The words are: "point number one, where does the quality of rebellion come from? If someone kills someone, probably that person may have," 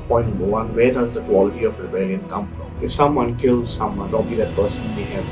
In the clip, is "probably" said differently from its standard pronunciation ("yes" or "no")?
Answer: yes